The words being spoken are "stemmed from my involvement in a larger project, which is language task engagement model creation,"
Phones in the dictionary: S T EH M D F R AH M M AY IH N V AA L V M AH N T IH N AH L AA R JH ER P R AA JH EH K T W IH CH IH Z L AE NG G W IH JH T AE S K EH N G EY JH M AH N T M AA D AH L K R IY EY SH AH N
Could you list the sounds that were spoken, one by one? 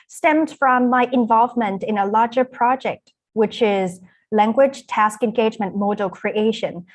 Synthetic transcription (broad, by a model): S T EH M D F R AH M M AY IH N V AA L V M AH N T IH N AH L AA R JH ER P R AA JH EH K T W IH CH IH Z L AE NG G W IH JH T AE S K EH N G EY JH M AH N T M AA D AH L K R IY EY SH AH N